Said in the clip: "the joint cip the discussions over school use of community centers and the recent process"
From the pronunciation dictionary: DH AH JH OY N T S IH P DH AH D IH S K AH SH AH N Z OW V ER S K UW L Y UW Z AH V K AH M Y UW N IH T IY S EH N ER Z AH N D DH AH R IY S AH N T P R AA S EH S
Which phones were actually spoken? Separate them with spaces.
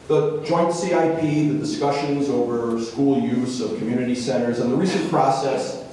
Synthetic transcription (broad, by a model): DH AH JH OY N T S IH P DH AH D IH S K AH SH AH N Z OW V ER S K UW L Y UW Z AH V K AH M Y UW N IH T IY S EH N ER Z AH N DH AH R IY S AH N P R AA S EH S